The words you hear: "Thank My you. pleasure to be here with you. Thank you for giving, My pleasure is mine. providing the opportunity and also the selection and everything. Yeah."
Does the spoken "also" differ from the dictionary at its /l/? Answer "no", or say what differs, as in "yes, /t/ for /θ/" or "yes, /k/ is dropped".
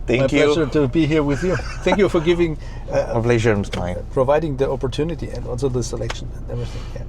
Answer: yes, /n/ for /l/